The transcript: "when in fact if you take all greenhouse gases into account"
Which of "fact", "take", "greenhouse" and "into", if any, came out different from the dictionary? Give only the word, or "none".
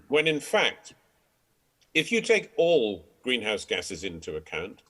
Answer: none